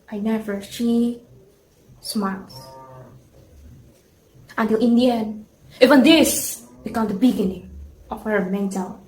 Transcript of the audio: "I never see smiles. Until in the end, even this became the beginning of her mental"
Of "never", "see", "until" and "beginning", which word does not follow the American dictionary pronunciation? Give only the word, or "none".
see